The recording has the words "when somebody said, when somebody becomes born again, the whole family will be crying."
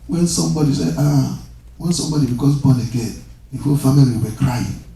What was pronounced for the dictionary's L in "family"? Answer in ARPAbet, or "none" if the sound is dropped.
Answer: none